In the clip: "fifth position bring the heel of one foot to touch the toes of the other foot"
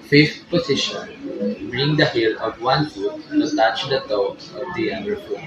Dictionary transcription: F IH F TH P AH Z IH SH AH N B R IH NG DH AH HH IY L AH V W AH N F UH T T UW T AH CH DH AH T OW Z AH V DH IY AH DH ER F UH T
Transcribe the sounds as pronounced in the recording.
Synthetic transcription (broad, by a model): F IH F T P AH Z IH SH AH N B R IH NG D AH HH IY L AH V W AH N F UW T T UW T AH CH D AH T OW AH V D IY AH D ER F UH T